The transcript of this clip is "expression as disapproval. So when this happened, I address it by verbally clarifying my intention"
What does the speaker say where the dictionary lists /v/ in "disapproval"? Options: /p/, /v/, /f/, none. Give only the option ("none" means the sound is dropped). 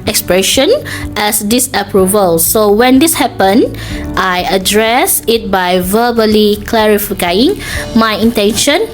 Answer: /v/